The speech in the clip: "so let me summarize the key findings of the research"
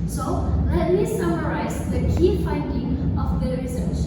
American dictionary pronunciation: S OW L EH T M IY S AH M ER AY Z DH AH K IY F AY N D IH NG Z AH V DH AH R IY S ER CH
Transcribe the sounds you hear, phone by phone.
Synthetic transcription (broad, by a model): S OW L EH T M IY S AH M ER AY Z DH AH K IY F AY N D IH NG AH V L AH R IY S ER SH